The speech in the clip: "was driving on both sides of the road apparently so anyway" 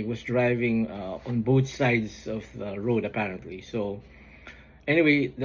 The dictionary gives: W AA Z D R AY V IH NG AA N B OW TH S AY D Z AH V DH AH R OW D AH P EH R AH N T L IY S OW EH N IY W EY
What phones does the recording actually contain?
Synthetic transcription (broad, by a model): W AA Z D R AY V IH NG AA N B OW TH S AY D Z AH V DH AH R OW D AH P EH R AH N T L IY S OW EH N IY W EY